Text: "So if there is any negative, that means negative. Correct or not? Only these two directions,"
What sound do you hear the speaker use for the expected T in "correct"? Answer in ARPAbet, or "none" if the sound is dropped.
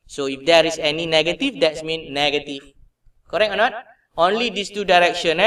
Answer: none